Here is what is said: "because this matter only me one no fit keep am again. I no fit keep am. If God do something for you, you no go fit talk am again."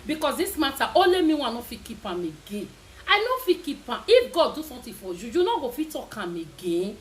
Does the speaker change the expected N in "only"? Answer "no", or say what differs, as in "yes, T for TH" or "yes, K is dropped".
yes, N is dropped